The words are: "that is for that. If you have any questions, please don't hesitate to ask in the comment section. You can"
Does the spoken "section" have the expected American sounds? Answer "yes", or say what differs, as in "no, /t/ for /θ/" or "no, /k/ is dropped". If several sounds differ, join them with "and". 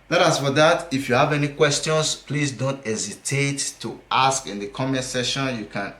no, /k/ is dropped